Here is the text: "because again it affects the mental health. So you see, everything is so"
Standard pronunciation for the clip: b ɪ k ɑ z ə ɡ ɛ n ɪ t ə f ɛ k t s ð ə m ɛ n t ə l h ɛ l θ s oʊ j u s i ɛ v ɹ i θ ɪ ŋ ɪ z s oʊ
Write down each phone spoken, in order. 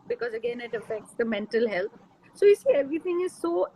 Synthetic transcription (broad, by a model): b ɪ k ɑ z ə ɡ ɛ n ɪ t ə f ɛ k t s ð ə m ɛ n t ə l h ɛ l t s oʊ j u s i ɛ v ɹ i t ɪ ŋ ɪ z s oʊ